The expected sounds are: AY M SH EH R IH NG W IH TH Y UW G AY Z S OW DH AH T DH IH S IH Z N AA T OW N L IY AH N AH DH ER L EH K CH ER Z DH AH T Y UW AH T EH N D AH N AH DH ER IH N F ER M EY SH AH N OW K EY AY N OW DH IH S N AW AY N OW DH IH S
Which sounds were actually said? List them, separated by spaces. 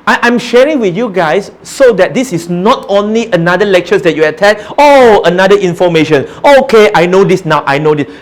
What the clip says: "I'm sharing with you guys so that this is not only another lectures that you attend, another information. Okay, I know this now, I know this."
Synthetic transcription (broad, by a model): AY M SH EH R IH NG W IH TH Y UW G AY S OW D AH T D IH S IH S N AA T OW N L IY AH N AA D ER L EH K CH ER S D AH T Y UW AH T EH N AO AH N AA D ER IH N F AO M EY SH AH N OW K EY AY N OW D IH S N AW AY N OW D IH S